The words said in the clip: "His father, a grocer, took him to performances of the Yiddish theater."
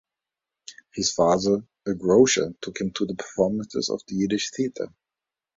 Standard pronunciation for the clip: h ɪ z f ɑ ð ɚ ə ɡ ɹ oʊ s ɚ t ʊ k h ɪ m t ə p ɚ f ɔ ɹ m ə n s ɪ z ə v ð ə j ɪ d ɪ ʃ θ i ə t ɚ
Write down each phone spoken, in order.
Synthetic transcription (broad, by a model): h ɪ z f ɑ ð ɚ ə ɡ ɹ oʊ ʃ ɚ t ʊ k h ɪ m t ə p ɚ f ɔ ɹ m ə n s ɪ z ə v ð ə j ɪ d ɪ ʃ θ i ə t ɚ